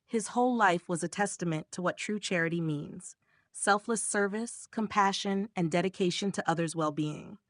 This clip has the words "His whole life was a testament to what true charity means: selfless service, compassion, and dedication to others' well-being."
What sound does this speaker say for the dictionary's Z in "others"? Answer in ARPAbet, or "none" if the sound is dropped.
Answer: Z